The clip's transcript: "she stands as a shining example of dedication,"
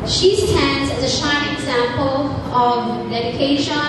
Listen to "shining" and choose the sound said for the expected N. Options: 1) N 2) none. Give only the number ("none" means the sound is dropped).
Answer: 2